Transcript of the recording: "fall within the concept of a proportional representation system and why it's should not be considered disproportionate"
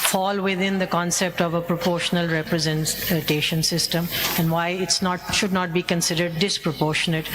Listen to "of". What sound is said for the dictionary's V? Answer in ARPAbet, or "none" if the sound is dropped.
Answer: V